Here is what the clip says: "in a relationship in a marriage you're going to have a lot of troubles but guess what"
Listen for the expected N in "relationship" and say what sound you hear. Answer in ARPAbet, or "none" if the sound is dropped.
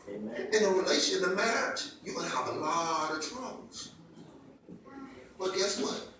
none